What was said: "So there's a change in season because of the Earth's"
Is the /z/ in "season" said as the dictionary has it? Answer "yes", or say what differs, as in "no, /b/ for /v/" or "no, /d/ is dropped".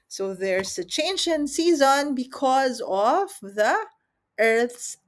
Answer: yes